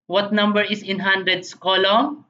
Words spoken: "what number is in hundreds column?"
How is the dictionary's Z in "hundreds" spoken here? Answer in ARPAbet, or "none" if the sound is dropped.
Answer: S